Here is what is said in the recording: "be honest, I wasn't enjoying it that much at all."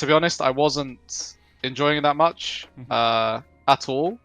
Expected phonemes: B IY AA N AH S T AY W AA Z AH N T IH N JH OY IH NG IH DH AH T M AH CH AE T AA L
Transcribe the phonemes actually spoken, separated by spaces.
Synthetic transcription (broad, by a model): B IY AA N AH S T AY W AA Z AH N T IH N JH OY IH NG DH AH T M AH CH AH T AA L